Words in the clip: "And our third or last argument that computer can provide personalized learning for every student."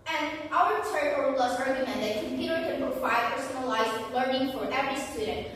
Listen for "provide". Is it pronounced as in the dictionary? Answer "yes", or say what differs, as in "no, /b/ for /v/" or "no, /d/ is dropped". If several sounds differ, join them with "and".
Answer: no, /ɹ/ is dropped and /f/ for /v/